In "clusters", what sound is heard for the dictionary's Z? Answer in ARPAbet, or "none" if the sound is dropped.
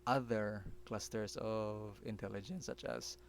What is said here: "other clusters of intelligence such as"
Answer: S